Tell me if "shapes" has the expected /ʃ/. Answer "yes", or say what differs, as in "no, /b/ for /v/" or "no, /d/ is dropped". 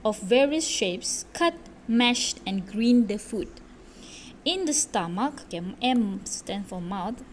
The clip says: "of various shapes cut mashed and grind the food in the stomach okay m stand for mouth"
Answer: yes